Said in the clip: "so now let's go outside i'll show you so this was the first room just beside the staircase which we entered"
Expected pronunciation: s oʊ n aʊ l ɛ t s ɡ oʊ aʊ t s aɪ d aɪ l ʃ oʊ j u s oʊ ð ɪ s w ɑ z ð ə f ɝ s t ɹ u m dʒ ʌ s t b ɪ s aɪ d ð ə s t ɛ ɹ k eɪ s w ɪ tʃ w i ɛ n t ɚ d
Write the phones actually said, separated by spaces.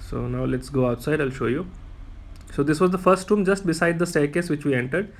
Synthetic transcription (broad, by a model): s oʊ n aʊ l ɛ t s ɡ oʊ aʊ t s aɪ d aɪ l ʃ oʊ j u s oʊ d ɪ s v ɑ z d ə f ɝ s t ɹ u m dʒ ʌ s t b ɪ s aɪ d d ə s t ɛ k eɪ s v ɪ tʃ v i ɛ n t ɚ d